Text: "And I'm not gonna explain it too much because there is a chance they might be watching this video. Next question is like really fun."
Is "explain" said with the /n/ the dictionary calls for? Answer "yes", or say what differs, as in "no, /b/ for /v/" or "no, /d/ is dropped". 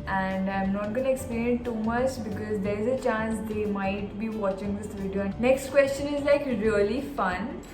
no, /n/ is dropped